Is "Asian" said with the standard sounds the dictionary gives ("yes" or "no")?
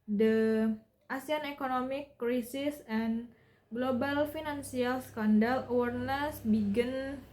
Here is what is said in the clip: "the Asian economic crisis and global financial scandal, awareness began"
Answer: no